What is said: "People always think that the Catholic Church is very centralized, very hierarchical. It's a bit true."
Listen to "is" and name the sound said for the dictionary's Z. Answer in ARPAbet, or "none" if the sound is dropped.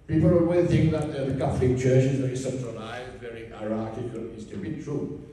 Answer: Z